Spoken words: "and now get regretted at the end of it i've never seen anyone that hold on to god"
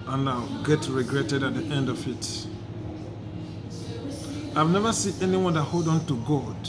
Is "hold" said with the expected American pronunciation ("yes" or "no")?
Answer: yes